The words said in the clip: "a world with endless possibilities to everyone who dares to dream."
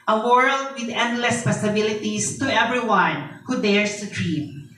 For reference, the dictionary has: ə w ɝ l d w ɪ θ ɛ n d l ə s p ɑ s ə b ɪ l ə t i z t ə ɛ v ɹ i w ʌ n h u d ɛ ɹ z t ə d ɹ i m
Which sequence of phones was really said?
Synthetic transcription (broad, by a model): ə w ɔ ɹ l w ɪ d ɛ n d l ə s p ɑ s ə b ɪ l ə t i s t ə ɛ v ɹ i w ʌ n h u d ɛ ɹ s t ə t ɹ i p